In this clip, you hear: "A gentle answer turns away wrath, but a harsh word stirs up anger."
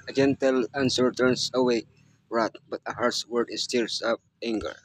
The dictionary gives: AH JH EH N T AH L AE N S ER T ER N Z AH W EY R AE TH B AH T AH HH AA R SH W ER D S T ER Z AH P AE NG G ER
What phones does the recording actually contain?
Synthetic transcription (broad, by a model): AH JH EH N T AH L AE N S ER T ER N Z AH W EY R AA T B AH T AH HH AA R S W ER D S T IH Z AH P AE NG G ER